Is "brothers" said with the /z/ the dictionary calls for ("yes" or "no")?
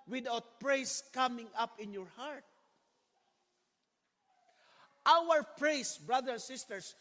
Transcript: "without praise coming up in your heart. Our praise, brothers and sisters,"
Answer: no